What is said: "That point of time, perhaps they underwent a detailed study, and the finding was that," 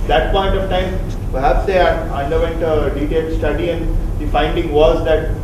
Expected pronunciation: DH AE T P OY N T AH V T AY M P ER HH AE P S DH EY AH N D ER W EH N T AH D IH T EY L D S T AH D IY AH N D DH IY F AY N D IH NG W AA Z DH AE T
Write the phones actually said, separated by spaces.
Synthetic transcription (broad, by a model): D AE T P OY N T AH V T AY M P ER HH AE P S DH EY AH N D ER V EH N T AH D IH T EY L S T AH D IY AH N D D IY F AY N D IH NG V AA Z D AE T